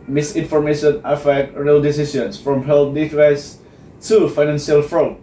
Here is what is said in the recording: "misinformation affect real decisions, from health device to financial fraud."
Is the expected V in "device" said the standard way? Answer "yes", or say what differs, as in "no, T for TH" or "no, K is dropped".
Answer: no, F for V